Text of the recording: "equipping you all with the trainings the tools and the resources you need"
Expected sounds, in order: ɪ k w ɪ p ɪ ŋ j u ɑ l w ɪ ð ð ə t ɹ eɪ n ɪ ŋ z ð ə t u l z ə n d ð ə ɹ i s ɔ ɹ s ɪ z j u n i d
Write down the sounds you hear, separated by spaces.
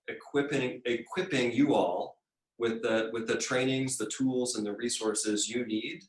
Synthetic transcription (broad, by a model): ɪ k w ɪ p ɪ ŋ j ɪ ɑ l w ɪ ð ð ə t ɹ eɪ n ɪ ŋ z ð ə t u l z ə n ð ə ɹ i s ɔ ɹ s ɪ z j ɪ n i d